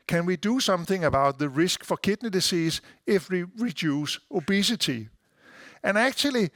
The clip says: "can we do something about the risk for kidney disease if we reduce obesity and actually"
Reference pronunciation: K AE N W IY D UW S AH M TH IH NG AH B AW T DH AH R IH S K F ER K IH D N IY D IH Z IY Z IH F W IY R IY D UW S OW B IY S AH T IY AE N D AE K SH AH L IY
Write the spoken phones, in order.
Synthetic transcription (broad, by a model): K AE N W IY D UW S AH M TH IH NG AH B AW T DH AH R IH S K F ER K IH D N IY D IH S IY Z IH F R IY R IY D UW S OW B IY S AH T IY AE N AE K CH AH L IY